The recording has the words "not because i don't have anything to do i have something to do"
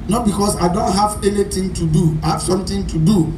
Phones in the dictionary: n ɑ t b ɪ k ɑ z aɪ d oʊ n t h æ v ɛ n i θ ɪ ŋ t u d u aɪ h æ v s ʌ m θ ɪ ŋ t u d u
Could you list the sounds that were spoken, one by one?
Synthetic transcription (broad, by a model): n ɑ t b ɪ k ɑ s aɪ d oʊ n t h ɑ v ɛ n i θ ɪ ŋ t u d u aɪ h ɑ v s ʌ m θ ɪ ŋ t u d u